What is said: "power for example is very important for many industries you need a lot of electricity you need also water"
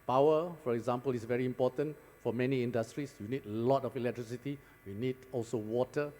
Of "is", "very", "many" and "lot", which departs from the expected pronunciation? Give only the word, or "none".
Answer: is